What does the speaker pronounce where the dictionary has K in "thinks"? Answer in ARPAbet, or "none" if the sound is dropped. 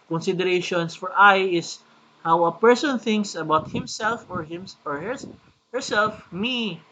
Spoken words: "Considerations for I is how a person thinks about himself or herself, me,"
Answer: K